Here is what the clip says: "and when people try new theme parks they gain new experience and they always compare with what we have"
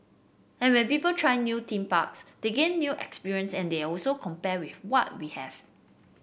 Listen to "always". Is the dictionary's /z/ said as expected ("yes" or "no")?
no